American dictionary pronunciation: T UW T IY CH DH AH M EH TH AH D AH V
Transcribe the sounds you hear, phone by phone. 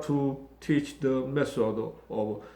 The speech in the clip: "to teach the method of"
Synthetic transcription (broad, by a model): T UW T IY CH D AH M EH S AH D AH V